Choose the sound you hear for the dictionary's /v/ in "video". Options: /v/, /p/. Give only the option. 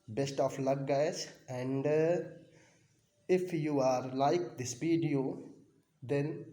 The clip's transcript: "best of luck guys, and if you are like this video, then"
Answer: /p/